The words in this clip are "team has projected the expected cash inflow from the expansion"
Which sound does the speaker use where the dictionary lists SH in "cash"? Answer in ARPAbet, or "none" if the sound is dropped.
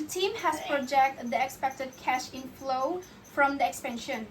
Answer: SH